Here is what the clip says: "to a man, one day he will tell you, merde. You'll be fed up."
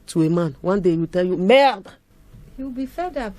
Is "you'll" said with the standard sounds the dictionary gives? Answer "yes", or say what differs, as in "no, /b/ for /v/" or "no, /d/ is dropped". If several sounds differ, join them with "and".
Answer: no, /w/ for /l/